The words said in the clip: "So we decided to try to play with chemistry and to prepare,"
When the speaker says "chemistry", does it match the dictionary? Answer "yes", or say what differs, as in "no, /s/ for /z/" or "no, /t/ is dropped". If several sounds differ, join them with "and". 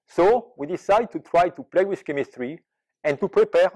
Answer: yes